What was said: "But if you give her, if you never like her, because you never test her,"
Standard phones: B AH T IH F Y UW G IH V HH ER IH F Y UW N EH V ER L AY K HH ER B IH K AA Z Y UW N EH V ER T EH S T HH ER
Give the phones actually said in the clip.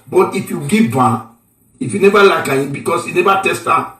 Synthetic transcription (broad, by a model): B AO T IH F Y UW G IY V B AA IH F Y UW N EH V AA L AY K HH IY B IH K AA S Y UW N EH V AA T EH S T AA